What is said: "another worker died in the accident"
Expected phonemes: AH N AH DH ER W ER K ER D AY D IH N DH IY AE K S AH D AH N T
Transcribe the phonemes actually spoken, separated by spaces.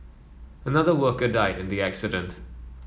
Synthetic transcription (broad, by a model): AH N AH DH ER W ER K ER D AY D IH N DH IY AE K S AH D AH N T